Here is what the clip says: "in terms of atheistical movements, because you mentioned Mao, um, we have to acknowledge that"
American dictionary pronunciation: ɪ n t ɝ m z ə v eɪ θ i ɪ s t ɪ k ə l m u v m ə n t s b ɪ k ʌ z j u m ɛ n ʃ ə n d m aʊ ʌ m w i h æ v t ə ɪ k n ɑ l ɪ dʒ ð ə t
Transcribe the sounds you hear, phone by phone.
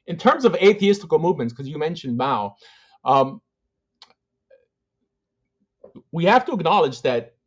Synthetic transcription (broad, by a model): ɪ n t ɝ m z ə v eɪ θ i ɪ s t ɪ k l m u v m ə n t s k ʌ z j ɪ m ɛ n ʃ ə n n aʊ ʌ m w i h æ f t ə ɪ k n ɑ l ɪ dʒ ð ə t